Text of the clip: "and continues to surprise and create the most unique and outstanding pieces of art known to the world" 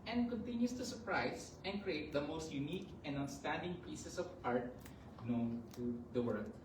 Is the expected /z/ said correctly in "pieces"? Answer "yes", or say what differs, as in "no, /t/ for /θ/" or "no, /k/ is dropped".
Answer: no, /s/ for /z/